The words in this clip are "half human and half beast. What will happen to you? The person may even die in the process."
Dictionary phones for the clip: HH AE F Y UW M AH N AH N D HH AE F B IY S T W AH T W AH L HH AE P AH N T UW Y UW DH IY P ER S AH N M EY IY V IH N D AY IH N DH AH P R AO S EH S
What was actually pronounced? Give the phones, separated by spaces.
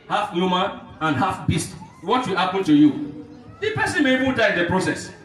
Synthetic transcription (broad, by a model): HH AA F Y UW M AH AH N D HH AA F B IY S T W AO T W AH L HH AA P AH N T UW Y UW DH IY P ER S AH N M EY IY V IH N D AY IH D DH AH P R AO S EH S